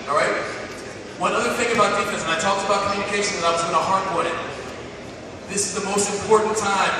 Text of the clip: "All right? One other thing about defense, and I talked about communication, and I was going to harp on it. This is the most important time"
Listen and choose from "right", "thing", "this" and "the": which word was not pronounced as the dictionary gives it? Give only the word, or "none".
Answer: none